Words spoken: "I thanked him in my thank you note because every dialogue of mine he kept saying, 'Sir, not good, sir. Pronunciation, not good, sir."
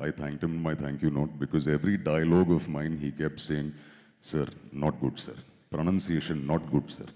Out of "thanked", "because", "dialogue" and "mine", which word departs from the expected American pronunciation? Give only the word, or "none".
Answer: thanked